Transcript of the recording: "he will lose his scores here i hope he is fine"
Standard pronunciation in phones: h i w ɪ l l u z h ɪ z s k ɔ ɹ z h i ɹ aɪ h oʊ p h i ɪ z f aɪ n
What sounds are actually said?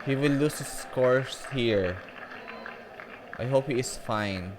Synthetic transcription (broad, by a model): h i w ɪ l l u s h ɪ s k ɔ ɹ s h i ɹ aɪ h oʊ p h i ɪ s f aɪ n